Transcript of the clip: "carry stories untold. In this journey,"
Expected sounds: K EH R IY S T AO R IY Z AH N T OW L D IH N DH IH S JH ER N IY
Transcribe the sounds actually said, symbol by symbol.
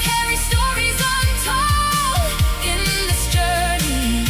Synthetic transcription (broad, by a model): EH R IY S T AO R IY Z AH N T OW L IH N DH IH S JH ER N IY